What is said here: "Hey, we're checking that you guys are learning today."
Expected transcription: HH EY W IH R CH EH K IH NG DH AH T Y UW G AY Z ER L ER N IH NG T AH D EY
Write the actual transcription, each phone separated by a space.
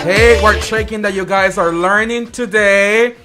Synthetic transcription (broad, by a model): HH EY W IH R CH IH K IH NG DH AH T Y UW G AY Z ER L ER N IH NG T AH D EY